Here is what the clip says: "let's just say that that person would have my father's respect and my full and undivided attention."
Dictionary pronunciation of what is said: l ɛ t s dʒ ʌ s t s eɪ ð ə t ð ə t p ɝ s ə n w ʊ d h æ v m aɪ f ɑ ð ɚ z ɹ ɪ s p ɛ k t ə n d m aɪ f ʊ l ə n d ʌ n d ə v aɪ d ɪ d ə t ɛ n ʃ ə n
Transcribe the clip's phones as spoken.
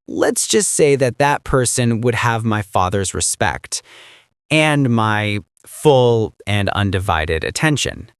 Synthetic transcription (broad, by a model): l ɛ t s dʒ ʌ s t s eɪ ð ə t ð ə t p ɝ s ə n w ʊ d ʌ v m aɪ f ɑ ð ɚ z ɹ ɪ s p ɛ k t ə n m aɪ f ʊ l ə n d ʌ n d ə v aɪ d ɪ d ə t ɛ n ʃ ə n